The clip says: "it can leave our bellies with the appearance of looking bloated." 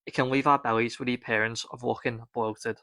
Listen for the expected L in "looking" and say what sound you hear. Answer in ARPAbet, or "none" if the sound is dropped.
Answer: W